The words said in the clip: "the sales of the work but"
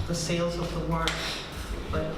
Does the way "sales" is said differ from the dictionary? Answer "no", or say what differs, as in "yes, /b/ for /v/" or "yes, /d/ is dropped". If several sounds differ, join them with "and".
no